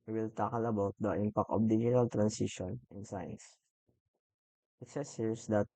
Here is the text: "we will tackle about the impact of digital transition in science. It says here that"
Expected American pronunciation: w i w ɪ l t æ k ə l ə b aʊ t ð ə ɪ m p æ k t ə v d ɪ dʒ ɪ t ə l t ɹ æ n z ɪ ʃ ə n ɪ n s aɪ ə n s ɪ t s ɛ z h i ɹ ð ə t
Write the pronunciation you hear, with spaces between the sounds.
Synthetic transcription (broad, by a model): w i w ɪ l t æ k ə l ə b aʊ t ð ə ɪ m p æ k t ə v d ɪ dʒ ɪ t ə l t ɹ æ n s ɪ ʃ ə n ɪ n s aɪ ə n s ɪ t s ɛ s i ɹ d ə t